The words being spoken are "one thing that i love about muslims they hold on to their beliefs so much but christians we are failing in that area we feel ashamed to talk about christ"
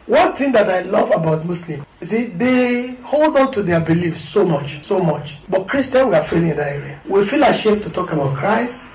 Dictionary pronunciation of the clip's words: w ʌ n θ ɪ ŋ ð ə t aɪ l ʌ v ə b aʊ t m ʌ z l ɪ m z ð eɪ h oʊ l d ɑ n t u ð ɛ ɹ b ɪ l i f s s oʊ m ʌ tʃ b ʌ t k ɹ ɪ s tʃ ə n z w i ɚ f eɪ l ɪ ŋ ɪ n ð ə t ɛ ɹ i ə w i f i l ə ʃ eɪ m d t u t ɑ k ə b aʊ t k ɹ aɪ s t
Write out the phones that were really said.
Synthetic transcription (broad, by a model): w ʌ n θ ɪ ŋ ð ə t aɪ l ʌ v ə b aʊ t m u s l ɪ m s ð eɪ h oʊ l d ɑ n t u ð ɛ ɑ b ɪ l i f s s oʊ m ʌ tʃ b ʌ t k ɹ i s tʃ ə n w i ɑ f eɪ l ɪ ŋ ɪ n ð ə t ɛ ɹ i ə w i f i l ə ʃ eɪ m t u t ɑ k ə b aʊ t k ɹ aɪ s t